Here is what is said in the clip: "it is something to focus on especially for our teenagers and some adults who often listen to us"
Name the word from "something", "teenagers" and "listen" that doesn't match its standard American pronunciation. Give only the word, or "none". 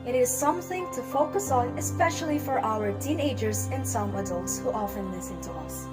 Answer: none